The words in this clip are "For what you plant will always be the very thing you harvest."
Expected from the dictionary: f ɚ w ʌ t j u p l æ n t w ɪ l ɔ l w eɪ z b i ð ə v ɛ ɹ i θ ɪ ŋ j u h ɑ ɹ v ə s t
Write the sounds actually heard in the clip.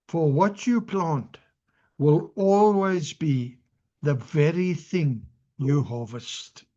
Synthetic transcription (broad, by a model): f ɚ w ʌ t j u p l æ n t w ɪ l ɔ l w eɪ z b i ð ə v ɛ ɹ i θ ɪ ŋ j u h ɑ v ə s t